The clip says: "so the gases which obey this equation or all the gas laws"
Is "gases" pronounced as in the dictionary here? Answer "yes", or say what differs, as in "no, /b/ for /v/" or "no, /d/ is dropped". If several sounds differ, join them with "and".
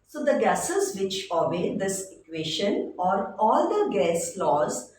yes